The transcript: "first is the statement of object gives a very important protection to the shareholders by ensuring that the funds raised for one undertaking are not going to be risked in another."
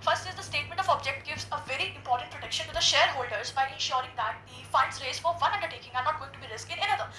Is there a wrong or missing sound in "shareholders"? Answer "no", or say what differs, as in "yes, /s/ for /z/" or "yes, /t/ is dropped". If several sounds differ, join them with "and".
no